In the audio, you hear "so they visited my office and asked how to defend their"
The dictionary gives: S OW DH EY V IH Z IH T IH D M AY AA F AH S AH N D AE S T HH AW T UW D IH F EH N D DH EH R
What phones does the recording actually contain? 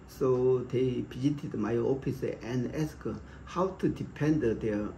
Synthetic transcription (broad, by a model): S OW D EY P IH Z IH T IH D M AY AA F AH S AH N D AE S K HH AW T UW D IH P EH N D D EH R